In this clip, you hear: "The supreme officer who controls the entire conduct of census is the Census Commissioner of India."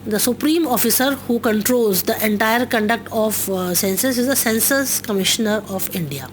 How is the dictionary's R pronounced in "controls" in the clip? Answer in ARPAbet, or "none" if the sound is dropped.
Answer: R